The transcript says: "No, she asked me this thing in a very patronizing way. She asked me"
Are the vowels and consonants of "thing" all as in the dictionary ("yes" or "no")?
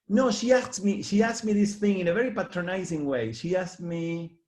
yes